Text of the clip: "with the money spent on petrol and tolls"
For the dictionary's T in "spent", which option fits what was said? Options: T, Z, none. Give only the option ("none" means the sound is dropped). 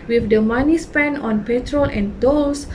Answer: none